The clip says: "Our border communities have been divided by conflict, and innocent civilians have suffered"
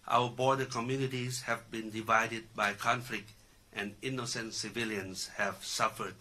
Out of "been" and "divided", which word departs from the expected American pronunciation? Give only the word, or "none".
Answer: none